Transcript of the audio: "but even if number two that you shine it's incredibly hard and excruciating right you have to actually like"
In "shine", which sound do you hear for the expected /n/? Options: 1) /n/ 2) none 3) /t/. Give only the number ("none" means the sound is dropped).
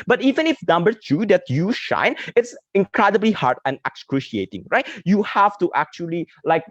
1